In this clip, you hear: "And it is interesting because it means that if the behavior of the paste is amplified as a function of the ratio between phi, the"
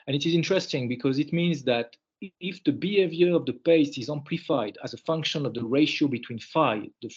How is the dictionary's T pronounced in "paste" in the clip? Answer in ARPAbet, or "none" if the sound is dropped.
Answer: none